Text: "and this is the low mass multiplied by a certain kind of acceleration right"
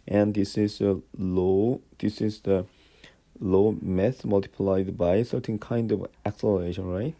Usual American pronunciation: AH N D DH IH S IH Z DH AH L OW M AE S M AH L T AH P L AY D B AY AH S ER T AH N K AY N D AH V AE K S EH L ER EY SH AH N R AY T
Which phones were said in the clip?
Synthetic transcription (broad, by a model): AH N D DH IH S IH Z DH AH L OW M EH TH M AH L T AH P L AY D B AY AH S ER T AH N K AY N D AH V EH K S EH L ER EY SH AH N R AY T